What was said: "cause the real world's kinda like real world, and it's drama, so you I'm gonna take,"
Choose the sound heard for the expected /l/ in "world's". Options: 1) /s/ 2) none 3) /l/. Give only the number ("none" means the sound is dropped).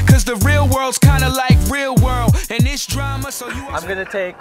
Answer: 3